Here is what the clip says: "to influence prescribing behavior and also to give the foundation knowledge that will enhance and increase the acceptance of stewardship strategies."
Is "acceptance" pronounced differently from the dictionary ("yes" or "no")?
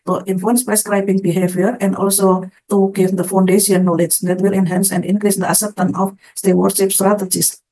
yes